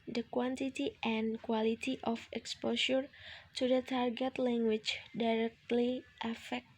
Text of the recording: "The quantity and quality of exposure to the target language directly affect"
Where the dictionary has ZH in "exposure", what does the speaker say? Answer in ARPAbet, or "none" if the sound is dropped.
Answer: SH